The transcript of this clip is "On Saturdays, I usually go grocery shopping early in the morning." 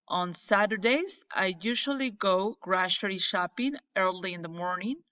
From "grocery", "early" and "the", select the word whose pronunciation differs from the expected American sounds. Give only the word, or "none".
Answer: grocery